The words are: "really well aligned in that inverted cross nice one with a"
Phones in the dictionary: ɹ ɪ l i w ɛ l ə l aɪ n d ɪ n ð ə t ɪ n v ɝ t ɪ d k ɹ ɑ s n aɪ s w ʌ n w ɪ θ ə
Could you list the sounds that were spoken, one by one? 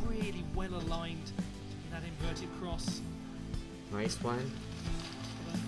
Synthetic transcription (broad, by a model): ɹ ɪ l i w ɛ l ə l aɪ n d ɪ n ð ə t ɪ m v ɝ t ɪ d k ɹ ɑ s n aɪ s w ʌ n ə